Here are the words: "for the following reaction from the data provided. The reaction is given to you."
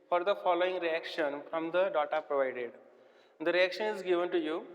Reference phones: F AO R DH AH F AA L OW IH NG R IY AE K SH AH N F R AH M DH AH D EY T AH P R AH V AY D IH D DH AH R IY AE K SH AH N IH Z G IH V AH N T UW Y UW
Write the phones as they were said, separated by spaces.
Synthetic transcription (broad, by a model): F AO R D AH F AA L OW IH NG R IY AE K SH AH N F R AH M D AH D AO T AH P R AH V AY D IH D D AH R IY AE K SH AH N IH Z G IH V AH N T UW Y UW